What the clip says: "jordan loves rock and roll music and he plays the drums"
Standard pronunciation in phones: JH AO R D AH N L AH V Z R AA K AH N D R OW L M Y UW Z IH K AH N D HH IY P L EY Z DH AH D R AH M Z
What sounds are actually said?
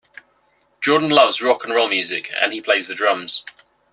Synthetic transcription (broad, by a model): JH AO D N L AH V Z R AA K AH N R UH L M Y UW Z IH K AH N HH IY P L EY Z DH AH D R AH M Z